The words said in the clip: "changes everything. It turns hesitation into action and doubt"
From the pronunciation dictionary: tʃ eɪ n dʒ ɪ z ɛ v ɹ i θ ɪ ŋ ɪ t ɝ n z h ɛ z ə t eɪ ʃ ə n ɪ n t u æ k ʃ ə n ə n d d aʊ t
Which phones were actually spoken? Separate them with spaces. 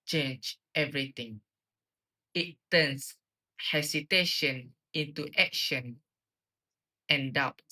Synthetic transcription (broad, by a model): tʃ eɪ n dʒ ɛ v ɹ i t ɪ ŋ ɪ t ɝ n s h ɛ s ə t eɪ ʃ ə n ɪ n t u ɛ k ʃ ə n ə n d d aʊ t